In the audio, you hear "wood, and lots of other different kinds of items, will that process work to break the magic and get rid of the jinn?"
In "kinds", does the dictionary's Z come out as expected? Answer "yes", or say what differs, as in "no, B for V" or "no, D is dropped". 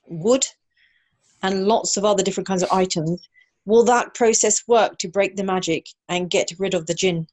yes